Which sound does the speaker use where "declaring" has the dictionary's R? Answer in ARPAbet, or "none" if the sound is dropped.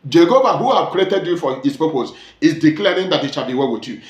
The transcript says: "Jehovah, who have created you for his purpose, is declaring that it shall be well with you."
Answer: R